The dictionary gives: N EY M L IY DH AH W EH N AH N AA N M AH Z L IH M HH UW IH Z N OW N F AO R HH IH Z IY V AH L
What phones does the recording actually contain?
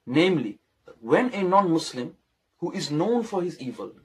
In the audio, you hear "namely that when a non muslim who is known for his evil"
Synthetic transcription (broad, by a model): N EY M L IY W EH N AH N AA N M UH S L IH M HH UW IH Z N OW N F AO R HH IH Z IY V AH L